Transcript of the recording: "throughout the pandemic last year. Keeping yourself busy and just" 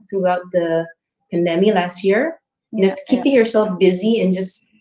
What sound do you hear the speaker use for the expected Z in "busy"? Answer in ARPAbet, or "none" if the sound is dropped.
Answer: Z